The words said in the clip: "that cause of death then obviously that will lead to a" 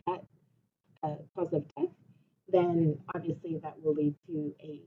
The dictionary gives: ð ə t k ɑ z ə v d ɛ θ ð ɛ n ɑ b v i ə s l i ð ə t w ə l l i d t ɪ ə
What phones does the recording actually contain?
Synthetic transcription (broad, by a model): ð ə t k ɑ z ə v d ɛ θ ð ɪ n ɑ b v i ə s l i ð ə t w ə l l i d t ɪ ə